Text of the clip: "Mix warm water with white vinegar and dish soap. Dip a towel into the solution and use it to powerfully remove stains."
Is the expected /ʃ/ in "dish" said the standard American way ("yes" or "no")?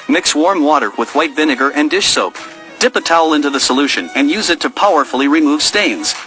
yes